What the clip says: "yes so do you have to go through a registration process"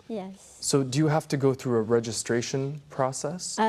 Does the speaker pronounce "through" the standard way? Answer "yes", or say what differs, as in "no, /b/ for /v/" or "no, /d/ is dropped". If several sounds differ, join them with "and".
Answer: yes